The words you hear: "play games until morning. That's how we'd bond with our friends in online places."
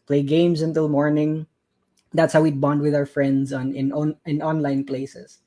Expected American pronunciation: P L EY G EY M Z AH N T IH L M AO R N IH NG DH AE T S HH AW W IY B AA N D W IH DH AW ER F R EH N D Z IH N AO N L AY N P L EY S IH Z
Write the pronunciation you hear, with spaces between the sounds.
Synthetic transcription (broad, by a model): P L EY G EY M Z AH N T IH L M AO R N IH NG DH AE T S HH AW W IY B AA N D W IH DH AW ER F R EH N D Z IH N AO N L AY N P L EY S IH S